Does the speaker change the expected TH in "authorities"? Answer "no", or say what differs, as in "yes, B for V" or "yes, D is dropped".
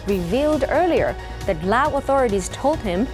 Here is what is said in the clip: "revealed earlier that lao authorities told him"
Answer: no